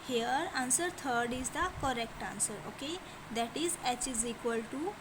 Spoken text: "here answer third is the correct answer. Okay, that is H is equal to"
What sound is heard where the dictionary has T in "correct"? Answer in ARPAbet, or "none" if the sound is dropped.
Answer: T